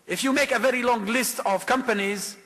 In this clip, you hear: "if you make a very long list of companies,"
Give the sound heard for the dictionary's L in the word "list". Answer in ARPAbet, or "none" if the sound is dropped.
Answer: L